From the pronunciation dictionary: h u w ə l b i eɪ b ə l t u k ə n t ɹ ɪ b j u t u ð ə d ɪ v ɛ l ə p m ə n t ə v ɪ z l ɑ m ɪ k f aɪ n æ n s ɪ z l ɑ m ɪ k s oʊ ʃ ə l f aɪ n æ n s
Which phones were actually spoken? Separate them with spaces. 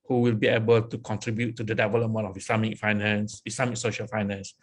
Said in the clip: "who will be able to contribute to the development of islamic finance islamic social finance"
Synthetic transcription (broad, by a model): h u w ə l b i eɪ b ə l t u k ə n t ɹ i b j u t u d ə d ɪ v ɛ l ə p m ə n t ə f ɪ s l ɑ m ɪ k f aɪ n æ n s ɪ s l ɑ m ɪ k s oʊ ʃ ə l f aɪ n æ n s